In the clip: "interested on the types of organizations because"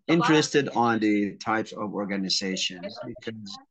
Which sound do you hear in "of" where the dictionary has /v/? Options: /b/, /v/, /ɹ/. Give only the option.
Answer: /v/